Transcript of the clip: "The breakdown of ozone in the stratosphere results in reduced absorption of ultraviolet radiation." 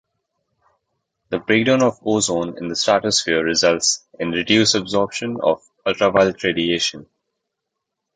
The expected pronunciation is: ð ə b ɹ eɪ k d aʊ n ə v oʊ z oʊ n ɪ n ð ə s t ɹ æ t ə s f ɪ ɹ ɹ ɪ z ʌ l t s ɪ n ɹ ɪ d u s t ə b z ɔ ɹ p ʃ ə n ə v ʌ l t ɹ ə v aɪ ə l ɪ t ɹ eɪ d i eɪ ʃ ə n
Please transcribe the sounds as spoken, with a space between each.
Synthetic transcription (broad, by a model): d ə b ɹ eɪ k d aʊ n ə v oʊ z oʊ n ɪ n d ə s t æ t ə s f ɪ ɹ ɹ ɪ z ʌ l t s ɪ n ɹ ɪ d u s ə b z ɔ ɹ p ʃ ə n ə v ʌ l t ɹ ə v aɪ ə l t ɹ eɪ d i eɪ ʃ ə n